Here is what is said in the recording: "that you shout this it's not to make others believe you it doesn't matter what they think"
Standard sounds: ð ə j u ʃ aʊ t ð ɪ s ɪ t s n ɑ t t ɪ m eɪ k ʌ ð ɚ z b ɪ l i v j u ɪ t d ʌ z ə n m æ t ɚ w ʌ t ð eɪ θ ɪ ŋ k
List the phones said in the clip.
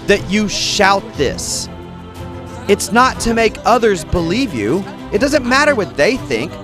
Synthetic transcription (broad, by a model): ð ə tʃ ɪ ʃ aʊ t ð ɪ s ɪ t s n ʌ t t ɪ m eɪ k ʌ ð ɚ z b ɪ l i v j u ɪ t d ʌ z ə n m æ t ɚ w ʌ t ð eɪ θ ɪ ŋ k